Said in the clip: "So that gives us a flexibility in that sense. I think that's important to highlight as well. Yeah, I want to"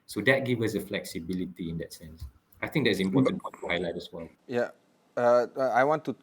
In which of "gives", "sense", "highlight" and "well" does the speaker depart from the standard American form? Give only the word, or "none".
gives